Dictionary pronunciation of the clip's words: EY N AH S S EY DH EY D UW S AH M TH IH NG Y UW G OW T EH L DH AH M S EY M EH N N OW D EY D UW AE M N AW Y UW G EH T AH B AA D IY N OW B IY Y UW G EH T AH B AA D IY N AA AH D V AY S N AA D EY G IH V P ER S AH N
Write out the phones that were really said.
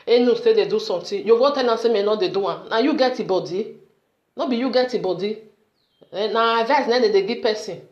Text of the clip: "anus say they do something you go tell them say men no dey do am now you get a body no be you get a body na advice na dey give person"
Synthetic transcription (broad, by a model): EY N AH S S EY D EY D UW S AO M T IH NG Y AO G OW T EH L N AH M S EY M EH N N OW D EY D UW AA N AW Y UW G EH T AH B AA D IY N OW B IY Y UW G EH T AH B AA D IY N AA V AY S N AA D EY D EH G P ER S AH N